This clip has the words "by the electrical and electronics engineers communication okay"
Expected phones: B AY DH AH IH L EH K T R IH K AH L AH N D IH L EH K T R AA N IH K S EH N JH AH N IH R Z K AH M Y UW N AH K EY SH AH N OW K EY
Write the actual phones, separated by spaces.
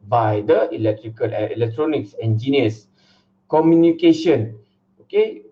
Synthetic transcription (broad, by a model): B AY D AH IH L EH K T R IH K AH L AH IH L EH K T R AA N IH K S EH N JH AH N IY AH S K AH M Y UW N AH K EY SH AH N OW K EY